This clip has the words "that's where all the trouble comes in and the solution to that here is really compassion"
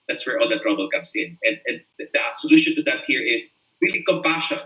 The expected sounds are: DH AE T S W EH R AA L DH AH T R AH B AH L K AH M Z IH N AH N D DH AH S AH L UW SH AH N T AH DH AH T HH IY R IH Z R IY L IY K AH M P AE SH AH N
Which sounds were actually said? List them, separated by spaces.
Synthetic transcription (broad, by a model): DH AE T S W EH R AA L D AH T R AH B AH L K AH M S IH N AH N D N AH S AH L UW SH AH N T AH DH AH T HH IY R IH S R IY L IY K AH M P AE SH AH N